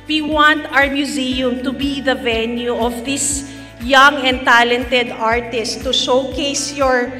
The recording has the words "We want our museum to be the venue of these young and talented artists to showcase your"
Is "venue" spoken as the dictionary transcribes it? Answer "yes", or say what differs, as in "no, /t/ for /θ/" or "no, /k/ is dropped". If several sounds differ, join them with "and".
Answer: yes